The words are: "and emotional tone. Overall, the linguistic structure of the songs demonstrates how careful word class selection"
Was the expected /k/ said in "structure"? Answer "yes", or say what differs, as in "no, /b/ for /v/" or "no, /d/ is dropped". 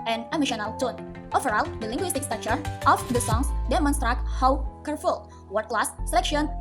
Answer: no, /k/ is dropped